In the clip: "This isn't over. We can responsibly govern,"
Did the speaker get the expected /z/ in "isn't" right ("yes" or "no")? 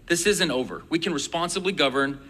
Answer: yes